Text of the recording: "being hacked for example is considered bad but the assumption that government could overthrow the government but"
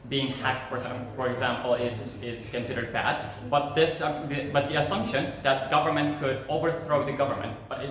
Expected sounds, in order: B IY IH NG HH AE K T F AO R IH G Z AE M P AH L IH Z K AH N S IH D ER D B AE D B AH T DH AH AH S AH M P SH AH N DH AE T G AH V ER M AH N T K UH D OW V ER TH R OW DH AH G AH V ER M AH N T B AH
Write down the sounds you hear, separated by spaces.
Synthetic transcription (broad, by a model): B IY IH NG HH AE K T F AO R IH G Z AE M P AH L IH Z K AH N S IH D ER D B AE D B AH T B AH AH S AH M P SH AH N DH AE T G AH V ER M AH N T K UH D OW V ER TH R OW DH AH G AH V ER M AH N T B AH